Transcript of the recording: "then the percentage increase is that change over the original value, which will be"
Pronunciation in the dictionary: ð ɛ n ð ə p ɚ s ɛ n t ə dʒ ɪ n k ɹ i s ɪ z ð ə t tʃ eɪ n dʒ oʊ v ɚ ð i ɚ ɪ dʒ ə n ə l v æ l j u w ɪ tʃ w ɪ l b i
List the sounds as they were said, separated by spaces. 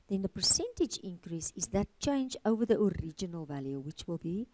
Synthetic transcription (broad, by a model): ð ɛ n ð ə p ɚ s ɛ n t ə dʒ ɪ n k ɹ i s ɪ z ð ə t tʃ eɪ n dʒ oʊ v ɚ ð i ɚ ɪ dʒ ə n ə l v æ l j u w ɪ tʃ w ɪ l b i